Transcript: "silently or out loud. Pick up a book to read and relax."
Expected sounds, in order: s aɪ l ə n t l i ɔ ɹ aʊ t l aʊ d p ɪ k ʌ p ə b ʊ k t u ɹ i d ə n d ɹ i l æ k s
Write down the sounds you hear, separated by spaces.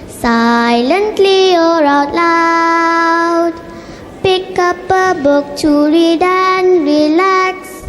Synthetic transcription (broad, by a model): s aɪ l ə n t l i ɔ ɹ aʊ t l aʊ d p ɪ k ʌ p ə b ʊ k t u ɹ i d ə n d ɹ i l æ k s